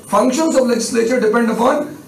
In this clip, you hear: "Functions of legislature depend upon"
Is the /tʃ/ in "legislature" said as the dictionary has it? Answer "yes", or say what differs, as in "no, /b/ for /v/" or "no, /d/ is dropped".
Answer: yes